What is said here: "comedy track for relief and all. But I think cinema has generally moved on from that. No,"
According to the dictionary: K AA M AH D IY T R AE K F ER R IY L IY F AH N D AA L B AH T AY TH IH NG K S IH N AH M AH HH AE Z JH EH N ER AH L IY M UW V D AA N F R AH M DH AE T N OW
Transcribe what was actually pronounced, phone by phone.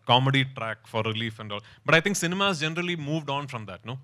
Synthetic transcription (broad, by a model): K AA M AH D IY T R AE K F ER R IY L IY F AH N D AA L B AH T AY T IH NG K S IH N AH M AH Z JH EH N ER AH L IY M UW V D AA N F R AH M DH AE T N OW